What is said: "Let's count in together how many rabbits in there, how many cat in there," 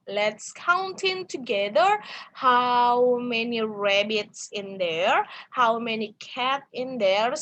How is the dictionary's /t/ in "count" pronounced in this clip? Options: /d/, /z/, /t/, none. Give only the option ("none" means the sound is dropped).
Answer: /t/